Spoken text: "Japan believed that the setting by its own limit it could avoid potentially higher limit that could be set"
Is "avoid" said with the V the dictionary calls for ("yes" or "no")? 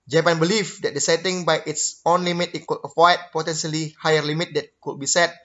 no